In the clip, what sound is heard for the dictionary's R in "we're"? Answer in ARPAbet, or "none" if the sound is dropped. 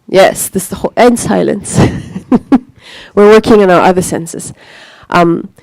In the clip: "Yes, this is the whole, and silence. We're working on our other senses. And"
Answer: R